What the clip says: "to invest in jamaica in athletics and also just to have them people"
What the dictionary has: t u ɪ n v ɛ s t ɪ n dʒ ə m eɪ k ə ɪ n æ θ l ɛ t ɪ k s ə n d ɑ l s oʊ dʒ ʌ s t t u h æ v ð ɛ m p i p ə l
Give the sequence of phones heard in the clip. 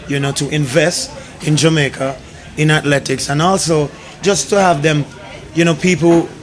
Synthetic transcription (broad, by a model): t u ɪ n v ɛ s t ɪ n dʒ ə m eɪ k ə ɪ n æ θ l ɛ t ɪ k s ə n ɑ l s oʊ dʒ ʌ s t t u h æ v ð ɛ m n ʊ p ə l